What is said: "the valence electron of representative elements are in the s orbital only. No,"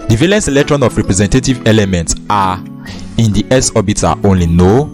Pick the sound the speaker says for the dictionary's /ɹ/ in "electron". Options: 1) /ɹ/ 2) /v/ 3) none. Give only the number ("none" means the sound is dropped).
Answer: 1